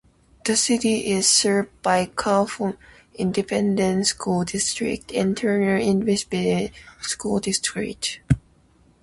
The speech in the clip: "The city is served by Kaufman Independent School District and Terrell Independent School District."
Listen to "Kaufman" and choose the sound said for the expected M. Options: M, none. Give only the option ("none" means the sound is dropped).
none